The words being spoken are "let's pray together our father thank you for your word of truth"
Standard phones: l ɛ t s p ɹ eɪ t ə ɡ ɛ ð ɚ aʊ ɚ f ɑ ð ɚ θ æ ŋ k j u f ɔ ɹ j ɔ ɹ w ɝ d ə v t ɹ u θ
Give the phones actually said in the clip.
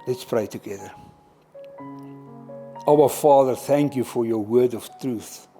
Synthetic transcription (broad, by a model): l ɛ t s p ɹ eɪ t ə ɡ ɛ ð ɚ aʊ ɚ f ɑ ð ɚ θ æ ŋ k j u f ɔ ɹ j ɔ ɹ w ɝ d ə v t ɹ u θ